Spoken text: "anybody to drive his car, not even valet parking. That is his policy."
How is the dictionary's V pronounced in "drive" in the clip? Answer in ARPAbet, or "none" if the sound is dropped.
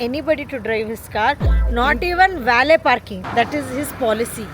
V